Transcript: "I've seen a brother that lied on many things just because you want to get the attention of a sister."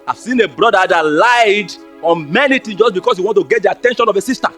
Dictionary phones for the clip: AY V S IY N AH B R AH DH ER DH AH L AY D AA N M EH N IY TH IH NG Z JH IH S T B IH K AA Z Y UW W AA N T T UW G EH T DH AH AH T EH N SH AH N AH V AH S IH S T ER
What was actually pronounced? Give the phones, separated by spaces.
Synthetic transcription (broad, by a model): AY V S IY N AH B R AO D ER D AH L AY D AA N M EH N IY T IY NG JH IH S B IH K AA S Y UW W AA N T T UW G EH T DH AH AH T EH N SH AH N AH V AH S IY S T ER